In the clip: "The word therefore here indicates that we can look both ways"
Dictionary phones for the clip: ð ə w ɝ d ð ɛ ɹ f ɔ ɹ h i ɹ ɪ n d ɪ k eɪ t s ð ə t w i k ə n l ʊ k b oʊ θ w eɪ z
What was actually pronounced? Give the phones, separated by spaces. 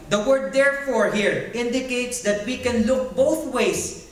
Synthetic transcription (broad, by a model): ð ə w ɝ d ɛ ɹ f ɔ ɹ h i ɹ ɪ n d ɪ k eɪ t s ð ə t w i k ə n l ʊ k b oʊ θ w eɪ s